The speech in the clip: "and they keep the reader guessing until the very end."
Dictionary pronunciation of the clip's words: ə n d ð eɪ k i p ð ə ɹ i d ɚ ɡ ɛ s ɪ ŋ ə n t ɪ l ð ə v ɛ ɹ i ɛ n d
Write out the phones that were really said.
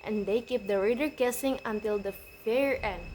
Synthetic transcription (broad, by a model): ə n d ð eɪ k i p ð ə ɹ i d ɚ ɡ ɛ s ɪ ŋ ə n t ɪ l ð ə f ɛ ɹ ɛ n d